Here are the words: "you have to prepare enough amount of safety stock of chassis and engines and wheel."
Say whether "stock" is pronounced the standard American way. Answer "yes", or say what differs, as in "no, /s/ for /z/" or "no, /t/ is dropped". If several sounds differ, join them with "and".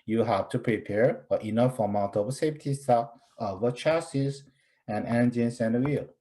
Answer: no, /k/ is dropped